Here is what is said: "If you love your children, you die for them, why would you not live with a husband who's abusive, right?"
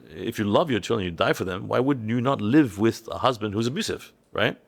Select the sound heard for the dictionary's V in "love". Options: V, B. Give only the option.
V